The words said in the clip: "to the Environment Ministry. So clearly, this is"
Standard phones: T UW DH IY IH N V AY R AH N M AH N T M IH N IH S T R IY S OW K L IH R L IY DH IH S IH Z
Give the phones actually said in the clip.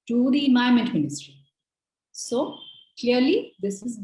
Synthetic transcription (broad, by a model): T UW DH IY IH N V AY AH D M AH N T M IH N IH S T R IY S OW K L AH R L IY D IH S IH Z